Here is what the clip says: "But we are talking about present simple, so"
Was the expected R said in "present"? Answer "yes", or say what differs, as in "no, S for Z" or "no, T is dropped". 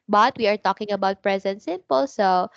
yes